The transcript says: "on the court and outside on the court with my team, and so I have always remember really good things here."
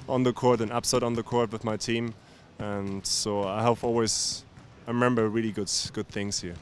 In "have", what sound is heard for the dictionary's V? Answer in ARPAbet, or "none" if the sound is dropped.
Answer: P